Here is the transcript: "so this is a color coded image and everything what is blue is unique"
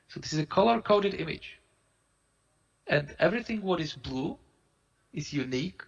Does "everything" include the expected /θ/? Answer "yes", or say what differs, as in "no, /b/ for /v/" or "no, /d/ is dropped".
yes